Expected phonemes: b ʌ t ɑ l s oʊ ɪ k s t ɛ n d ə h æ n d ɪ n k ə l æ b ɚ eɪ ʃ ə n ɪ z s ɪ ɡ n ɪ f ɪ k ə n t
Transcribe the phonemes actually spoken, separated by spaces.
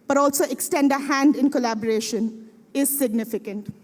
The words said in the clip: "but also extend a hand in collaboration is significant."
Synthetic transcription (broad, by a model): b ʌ t ɑ l s oʊ ɪ k s t ɛ n d ə h æ n d ɪ n k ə l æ b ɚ eɪ ʃ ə n ɪ z s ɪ ɡ n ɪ f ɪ k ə n t